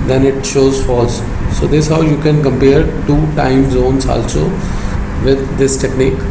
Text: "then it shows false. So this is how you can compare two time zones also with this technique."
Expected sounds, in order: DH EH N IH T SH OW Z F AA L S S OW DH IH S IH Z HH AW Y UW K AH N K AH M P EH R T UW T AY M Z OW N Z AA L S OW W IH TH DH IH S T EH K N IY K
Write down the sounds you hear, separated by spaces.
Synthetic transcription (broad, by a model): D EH N IH T SH OW Z F AA L S S OW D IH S HH AW Y UW K AH N K AH M P EH R T UW T AY M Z OW N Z AA L S OW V IH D IH S T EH K N IY K